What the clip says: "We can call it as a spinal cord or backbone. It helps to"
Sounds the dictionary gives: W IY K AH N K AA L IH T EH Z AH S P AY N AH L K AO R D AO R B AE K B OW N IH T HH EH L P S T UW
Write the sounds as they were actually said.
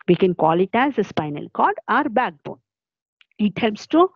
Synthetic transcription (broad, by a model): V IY K AH N K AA L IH T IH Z AH S P AY N AH L K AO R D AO R B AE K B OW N IH T HH EH L P S T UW